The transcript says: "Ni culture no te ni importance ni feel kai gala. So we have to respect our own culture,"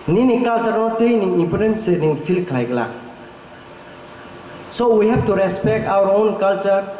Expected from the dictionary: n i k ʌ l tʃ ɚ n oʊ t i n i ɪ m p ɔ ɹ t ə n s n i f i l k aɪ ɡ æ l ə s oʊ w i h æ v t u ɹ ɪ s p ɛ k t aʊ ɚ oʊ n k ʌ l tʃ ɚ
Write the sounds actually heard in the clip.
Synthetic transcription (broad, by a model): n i k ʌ l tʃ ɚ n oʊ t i n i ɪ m p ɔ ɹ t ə n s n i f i l k aɪ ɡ l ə s oʊ w i h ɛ b t u ɹ ɪ s p ɛ k t aʊ ɚ oʊ n k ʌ l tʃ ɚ